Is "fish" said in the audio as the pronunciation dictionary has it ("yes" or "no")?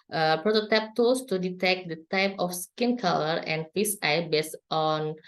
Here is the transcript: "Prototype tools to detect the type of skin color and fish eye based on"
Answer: no